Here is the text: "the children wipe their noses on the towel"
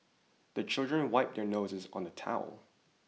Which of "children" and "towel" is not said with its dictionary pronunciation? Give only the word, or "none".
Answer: none